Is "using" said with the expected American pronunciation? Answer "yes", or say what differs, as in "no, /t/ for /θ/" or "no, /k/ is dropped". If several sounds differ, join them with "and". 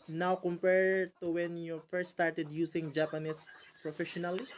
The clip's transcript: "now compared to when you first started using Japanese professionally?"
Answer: no, /s/ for /z/